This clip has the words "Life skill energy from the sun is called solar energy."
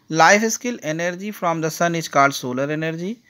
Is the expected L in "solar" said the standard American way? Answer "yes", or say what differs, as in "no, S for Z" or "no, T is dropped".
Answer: yes